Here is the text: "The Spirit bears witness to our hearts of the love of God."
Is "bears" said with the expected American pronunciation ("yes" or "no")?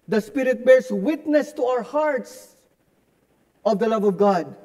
no